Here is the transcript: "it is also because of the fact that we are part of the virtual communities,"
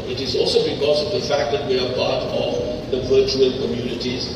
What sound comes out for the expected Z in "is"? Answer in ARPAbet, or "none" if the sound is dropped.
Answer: Z